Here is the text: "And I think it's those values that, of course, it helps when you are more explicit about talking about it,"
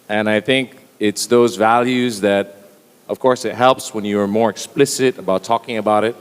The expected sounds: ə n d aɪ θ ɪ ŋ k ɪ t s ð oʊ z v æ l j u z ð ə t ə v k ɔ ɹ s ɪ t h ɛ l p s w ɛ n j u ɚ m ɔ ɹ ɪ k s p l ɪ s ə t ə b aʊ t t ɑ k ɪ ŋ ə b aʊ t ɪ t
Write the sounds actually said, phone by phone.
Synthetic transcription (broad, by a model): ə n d aɪ θ ɪ ŋ k ɪ t s ð oʊ z v æ l j u z ð ə t ə v k ɔ ɹ s ɪ t h ɛ l p s w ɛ n j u ɚ m ɔ ɹ ɪ k s p l ɪ s ə t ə b aʊ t t ɑ k ɪ ŋ ə b aʊ t ɪ t